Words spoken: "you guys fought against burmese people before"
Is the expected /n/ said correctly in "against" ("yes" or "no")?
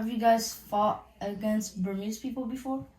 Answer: yes